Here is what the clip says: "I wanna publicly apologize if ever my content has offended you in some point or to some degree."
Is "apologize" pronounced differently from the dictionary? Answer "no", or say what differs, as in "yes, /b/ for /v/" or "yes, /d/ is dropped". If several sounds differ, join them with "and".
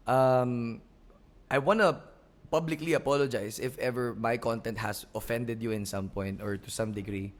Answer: yes, /s/ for /z/